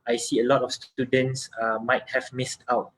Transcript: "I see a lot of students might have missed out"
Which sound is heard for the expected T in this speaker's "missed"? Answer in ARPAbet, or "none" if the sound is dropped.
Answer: T